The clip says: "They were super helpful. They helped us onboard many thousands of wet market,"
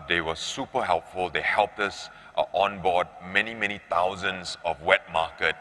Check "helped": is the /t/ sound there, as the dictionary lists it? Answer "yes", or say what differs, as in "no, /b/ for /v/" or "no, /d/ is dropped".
yes